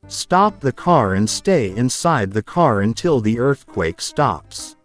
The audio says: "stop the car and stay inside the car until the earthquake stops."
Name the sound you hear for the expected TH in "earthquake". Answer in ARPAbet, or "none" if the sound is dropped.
TH